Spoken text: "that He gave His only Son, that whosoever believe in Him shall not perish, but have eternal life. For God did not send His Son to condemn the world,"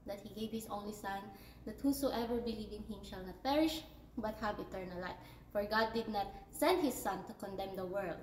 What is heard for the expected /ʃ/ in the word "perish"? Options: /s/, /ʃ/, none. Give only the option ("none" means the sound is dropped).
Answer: /ʃ/